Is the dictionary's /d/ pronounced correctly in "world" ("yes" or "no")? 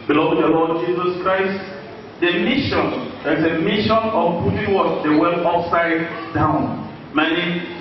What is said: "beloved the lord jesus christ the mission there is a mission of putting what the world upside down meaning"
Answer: no